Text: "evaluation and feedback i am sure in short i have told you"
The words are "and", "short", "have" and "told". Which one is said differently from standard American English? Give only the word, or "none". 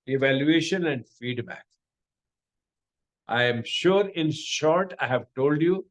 none